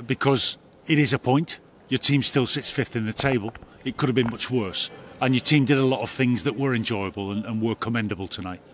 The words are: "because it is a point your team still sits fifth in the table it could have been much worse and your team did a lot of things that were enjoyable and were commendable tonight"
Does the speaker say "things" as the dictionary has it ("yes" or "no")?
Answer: yes